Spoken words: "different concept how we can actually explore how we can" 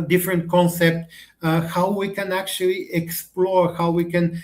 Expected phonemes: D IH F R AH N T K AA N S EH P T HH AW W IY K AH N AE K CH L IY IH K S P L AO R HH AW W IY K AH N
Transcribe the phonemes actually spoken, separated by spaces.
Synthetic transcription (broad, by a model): D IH F R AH N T K AA N S EH P T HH AW W IY K AH N AE K CH L IY IH K S P L AO R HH AW W IY K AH N